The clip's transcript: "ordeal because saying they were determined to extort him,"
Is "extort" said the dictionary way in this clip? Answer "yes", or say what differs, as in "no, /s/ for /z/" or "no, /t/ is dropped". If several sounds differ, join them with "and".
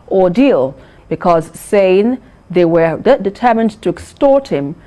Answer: yes